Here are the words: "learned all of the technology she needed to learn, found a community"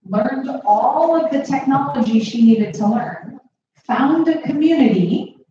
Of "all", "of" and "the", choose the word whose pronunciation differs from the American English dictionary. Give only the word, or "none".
none